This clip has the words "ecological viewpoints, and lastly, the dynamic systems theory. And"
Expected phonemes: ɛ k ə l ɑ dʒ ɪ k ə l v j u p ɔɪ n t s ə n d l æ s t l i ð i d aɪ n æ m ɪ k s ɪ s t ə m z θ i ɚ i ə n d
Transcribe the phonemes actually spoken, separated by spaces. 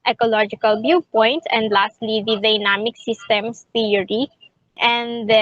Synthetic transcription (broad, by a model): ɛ k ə l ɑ dʒ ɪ k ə l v j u p ɔɪ n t ə n d l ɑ s t l i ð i d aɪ n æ m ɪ k s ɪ s t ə m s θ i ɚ i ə n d